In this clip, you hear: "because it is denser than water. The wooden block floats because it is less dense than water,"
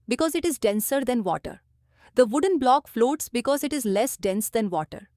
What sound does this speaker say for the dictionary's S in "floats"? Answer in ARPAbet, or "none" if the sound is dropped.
S